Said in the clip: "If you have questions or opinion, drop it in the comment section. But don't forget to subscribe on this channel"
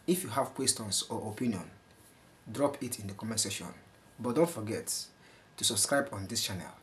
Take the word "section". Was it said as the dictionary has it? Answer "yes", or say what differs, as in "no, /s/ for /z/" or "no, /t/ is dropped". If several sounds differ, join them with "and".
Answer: no, /k/ is dropped